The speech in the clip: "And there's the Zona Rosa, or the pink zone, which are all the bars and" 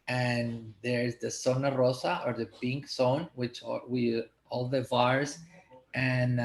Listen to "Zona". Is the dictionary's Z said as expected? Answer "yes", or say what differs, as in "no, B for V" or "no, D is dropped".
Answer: no, S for Z